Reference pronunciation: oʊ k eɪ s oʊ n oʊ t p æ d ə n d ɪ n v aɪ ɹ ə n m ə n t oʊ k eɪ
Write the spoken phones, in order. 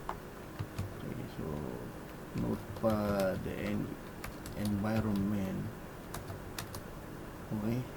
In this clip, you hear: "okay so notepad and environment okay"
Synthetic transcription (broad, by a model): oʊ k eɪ s oʊ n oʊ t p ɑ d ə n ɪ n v aɪ ɹ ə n m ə n oʊ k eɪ